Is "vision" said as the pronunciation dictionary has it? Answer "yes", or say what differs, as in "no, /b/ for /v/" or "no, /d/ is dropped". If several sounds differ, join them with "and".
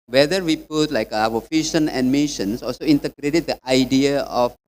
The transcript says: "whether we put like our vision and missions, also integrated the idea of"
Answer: no, /f/ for /v/ and /ʃ/ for /ʒ/